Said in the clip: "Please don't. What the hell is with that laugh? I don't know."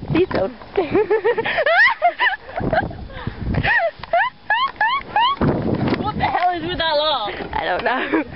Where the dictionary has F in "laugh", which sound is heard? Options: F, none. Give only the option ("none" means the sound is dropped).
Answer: none